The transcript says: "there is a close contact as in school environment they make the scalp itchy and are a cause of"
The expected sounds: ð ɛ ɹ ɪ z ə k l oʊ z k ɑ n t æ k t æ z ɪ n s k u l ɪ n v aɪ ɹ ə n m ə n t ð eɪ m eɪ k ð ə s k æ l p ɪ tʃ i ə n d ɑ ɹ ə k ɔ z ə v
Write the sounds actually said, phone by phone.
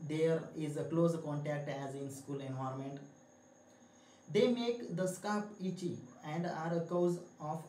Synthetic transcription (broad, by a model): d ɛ ɹ ɪ z ə k l oʊ z k ɑ n t æ k t æ z ɪ n s k u l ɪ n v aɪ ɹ m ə n t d eɪ m eɪ k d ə s k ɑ p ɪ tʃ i ə n d ɑ ɹ ə k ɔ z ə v